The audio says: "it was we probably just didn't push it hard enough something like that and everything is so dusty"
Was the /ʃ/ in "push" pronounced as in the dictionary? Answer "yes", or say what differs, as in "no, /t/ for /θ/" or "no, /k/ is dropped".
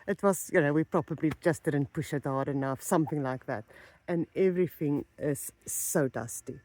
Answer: yes